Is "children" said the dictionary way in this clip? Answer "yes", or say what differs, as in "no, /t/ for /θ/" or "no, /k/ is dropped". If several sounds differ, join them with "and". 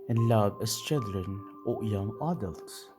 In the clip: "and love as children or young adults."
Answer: no, /l/ is dropped